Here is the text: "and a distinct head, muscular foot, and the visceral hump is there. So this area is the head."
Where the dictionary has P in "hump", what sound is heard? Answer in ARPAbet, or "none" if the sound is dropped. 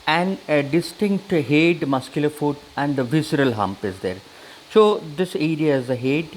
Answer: P